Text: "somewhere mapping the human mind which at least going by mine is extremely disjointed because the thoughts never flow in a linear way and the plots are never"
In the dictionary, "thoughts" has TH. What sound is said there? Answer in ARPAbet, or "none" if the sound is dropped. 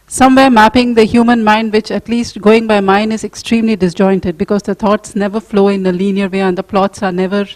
T